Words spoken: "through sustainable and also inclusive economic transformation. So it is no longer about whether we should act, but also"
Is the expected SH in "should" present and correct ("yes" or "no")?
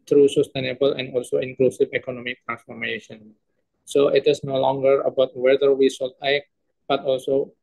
no